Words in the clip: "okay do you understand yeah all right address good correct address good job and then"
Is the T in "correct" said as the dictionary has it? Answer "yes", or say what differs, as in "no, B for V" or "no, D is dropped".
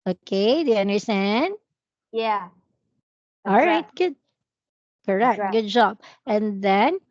no, T is dropped